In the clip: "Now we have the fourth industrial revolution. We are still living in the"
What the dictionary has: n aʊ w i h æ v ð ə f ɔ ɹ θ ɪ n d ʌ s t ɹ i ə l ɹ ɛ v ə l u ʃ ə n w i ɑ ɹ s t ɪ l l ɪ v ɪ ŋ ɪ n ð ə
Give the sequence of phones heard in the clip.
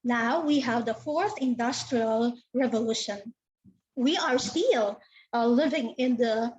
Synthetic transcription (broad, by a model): n aʊ w i h æ v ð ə f ɔ ɹ θ ɪ n d ʌ s t ɹ i ə l ɹ ɛ v ə l u ʃ ə n w i ɑ ɹ s t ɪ l l ɪ v ɪ ŋ ɪ n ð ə